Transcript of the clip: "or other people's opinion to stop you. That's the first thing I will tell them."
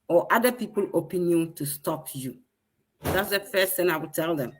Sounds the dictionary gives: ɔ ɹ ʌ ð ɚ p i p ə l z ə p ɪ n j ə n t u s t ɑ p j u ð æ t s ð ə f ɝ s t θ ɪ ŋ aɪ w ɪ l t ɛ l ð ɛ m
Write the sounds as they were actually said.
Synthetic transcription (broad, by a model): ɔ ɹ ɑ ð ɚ p i p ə l ə p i n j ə n t u s t ɑ p j u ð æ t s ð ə f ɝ s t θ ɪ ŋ aɪ w ɪ l t ɛ l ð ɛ m